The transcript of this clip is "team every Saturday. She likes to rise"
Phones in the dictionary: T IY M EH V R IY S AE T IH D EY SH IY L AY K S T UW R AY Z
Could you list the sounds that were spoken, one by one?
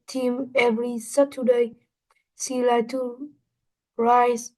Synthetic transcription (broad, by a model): T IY M EH V R IY S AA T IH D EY S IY L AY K T UW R AY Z